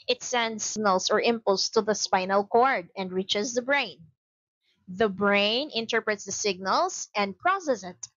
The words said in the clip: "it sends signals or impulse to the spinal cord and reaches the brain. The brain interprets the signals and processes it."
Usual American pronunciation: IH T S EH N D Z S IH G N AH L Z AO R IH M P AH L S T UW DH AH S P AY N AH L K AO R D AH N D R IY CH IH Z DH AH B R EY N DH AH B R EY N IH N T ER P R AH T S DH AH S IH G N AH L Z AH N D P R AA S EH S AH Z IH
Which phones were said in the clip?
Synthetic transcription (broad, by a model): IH T S EH N D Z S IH G N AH L S AO R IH M P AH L S T UW DH AH S P AY N AH L K AO R D AH N D R IY CH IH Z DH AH B R EY N DH AH B R EY N IH N T ER P R AH T S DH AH S IH G N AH L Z AH N D P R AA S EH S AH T